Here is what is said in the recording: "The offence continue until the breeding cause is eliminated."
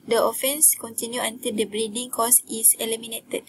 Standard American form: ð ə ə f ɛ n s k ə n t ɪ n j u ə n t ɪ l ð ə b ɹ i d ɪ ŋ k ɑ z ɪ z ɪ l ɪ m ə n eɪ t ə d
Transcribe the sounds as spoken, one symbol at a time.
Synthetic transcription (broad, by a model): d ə ə f ɛ n s k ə n t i n j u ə n t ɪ l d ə b ɹ i d ɪ ŋ k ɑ s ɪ s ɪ l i m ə n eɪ t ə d